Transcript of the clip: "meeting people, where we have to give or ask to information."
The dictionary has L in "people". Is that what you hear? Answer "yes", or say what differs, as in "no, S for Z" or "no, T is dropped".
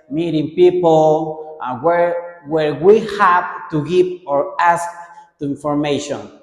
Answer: no, W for L